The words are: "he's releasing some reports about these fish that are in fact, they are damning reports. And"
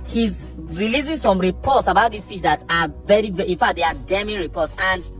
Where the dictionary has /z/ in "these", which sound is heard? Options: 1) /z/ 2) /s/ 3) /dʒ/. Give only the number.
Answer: 2